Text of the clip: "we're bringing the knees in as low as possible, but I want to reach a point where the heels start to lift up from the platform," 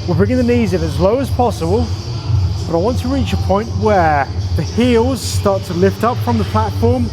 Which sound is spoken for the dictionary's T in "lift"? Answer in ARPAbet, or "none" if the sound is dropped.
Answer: T